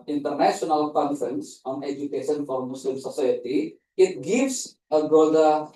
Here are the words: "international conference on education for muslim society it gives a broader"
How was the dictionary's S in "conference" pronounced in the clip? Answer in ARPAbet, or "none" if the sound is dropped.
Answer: S